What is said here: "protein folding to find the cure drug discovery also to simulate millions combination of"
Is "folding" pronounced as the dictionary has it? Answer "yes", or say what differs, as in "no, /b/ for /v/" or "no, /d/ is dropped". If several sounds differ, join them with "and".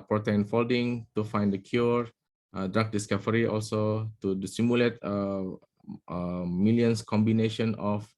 yes